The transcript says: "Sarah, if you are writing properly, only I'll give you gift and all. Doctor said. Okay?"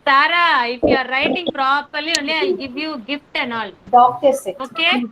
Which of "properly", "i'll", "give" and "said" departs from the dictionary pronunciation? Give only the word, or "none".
said